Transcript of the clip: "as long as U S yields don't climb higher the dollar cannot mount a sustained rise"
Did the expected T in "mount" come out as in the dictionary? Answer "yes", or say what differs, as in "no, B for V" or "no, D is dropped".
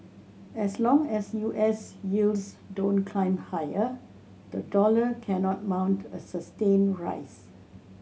yes